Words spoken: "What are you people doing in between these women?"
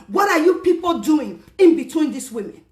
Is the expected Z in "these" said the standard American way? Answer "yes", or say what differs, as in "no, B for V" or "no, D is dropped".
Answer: no, S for Z